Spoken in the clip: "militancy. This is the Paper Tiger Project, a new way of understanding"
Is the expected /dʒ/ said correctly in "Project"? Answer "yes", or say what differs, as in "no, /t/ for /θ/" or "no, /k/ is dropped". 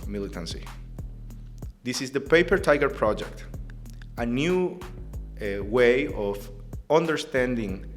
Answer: yes